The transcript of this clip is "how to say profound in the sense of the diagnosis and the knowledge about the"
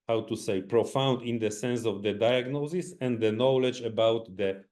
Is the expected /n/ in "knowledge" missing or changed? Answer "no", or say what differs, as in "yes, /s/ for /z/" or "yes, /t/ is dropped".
no